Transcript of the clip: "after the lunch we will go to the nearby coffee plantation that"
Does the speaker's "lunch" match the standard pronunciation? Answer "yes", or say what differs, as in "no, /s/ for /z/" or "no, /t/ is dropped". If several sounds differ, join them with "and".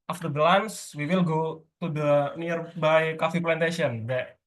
no, /s/ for /tʃ/